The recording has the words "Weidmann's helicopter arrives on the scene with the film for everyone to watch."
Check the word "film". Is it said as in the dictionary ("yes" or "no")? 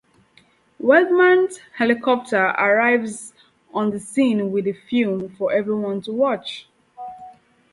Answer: no